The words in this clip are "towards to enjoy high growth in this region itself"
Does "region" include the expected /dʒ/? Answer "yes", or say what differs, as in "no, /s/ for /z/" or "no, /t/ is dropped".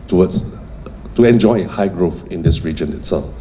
yes